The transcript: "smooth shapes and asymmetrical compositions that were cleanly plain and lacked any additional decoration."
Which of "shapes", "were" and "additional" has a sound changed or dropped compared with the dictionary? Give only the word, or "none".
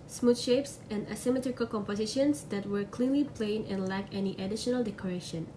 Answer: none